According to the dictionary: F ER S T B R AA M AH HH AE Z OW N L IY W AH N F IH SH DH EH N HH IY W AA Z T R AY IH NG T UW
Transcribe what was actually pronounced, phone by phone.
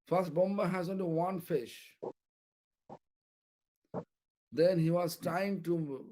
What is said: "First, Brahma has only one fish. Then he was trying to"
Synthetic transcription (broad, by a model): F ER S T B AA M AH HH AE Z OW N L IY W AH N F IH SH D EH N HH IY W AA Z T R AY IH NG T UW